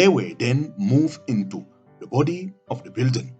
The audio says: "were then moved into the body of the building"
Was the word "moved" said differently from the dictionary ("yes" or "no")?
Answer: yes